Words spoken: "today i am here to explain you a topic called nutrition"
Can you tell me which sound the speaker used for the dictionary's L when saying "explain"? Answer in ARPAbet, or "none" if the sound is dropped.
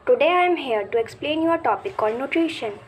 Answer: L